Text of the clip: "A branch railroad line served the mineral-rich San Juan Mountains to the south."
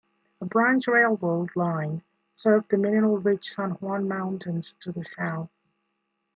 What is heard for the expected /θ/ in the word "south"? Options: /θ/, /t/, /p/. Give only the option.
/θ/